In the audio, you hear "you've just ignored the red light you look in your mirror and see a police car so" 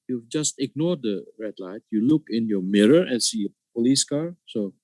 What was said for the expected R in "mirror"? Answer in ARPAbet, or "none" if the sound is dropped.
R